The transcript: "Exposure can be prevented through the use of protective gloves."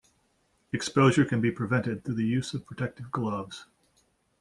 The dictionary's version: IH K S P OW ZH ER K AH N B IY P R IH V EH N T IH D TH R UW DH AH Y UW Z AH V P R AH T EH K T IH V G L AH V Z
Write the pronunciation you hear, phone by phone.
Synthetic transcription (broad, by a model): IH K S P OW ZH ER K AH N B IY P R IH V EH N T IH D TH UW DH AH Y UW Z AH V P R AH T EH K T IH V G L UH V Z